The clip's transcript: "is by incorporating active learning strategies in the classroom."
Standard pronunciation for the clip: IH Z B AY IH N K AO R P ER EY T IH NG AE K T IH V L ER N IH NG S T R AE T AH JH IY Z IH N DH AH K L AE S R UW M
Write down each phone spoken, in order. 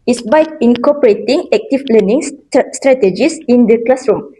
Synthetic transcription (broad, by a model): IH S B AY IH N K AO P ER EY T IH NG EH K T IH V L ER N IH NG S T R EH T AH JH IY S IH N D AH K L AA S R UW M